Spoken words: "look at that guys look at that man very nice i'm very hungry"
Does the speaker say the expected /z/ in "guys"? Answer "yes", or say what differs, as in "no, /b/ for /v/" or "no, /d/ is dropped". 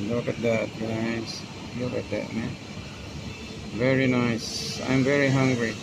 no, /s/ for /z/